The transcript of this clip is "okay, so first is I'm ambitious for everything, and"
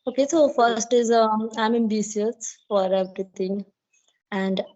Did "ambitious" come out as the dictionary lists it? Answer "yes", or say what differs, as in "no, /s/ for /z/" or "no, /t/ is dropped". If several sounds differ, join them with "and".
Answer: no, /s/ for /ʃ/